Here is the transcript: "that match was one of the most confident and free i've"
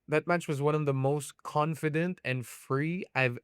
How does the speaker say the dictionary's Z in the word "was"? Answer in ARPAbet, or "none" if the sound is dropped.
Z